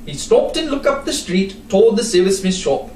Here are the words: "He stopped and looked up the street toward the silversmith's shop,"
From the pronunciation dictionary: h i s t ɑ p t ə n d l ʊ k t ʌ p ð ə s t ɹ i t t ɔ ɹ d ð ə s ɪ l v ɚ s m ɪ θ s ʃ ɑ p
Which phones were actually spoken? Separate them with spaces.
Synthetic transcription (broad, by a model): h i s t ɑ p t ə n l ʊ k ʌ p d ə s t ɹ i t t ɔ l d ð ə s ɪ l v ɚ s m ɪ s ʃ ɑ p